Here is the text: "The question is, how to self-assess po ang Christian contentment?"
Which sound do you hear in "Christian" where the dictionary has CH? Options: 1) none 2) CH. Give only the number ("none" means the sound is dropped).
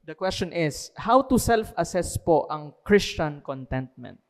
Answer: 2